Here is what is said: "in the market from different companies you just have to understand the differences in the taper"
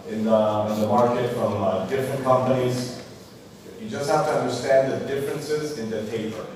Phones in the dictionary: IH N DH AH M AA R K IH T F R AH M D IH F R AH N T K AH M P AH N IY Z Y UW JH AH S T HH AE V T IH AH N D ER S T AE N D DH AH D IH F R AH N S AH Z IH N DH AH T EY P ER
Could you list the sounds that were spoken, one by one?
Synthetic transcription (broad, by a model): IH N DH AH M AA R K IH T F R AH M D IH F R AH N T K AH M P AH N IY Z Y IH JH AH S T HH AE F T IH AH N D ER S T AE N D DH AH D IH F R AH N S AH Z IH N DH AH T EY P ER